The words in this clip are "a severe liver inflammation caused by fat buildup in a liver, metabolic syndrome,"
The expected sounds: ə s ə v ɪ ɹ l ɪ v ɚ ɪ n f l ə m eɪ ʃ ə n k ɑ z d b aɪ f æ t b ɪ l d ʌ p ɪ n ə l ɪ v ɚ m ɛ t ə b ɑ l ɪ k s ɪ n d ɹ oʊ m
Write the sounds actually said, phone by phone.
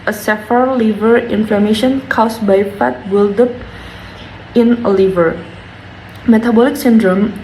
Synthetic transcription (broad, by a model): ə s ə f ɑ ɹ l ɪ v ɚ ɪ n f l ə m eɪ ʃ ə n k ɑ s b aɪ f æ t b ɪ l d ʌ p ɪ n ə l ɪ v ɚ m ɛ t ə b ɑ l ɪ k s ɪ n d ɹ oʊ m